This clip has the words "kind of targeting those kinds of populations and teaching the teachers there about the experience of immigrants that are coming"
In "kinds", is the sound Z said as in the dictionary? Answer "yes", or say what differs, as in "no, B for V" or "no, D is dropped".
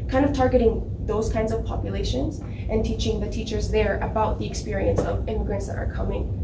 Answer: yes